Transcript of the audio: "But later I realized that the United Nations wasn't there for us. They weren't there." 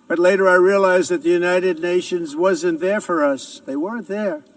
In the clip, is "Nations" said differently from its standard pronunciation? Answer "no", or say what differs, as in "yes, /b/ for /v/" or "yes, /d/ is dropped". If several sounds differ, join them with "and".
no